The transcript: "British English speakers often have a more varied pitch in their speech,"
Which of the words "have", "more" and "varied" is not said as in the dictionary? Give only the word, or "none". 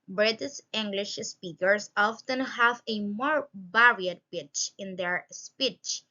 varied